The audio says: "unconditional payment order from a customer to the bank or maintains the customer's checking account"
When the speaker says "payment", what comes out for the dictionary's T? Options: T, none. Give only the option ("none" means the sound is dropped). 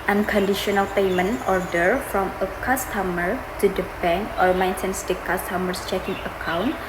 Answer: none